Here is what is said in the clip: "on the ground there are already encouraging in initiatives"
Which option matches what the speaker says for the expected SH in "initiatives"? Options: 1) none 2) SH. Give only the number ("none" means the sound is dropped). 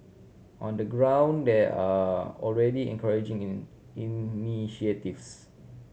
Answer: 1